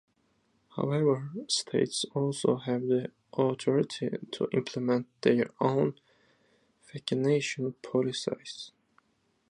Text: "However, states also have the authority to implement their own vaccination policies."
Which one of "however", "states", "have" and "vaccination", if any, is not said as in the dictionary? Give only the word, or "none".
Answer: vaccination